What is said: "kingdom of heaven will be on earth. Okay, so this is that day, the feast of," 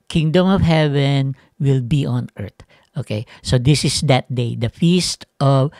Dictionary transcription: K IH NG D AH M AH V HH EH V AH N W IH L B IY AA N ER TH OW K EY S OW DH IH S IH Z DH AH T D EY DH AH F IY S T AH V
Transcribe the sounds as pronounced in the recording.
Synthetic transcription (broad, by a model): K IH NG D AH M AH V HH EH V AH N W IH L B IY AA N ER T OW K EY S OW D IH S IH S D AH T D EY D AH F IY S T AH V